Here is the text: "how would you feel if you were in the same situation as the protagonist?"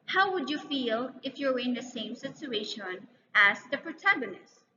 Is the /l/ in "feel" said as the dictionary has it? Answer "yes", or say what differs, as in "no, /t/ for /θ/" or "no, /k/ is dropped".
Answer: yes